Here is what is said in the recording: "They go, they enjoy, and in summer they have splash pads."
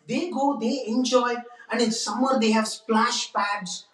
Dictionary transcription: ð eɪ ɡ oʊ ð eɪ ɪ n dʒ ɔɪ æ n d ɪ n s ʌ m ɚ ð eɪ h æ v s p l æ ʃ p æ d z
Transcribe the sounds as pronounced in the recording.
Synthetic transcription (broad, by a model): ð eɪ ɡ oʊ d eɪ ɪ n dʒ ɔɪ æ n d ɪ n s ʌ m ɚ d eɪ h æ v s p l æ ʃ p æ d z